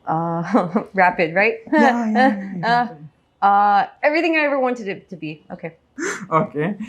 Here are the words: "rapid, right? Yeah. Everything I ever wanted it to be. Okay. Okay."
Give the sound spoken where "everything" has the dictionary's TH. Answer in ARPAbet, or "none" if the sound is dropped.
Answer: TH